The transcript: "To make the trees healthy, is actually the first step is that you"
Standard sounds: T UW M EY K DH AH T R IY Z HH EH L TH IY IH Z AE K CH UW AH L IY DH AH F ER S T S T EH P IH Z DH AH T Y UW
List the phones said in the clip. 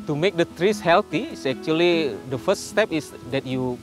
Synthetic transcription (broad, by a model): T UW M EY K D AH T R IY S HH EH L T IY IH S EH K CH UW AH L IY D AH F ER S T S T EH P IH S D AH T Y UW